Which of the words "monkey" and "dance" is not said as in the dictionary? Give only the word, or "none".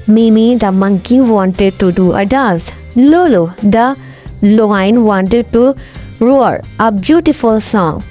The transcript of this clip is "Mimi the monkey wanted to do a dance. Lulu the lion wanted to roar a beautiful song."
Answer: dance